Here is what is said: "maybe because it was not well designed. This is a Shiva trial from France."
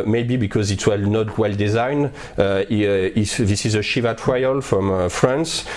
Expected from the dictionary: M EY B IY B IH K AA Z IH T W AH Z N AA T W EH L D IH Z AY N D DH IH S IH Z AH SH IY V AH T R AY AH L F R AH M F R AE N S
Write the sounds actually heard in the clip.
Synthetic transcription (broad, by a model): M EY B IY B IH K AA Z IH T W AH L N AA T W EH L D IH Z AY N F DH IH S IH Z AH SH IY V AH T R AY AH L F R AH M F R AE N S